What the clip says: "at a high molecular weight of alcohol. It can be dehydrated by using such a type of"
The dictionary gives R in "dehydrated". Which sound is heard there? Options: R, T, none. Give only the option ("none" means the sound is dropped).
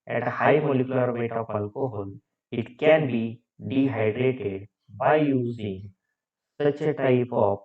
R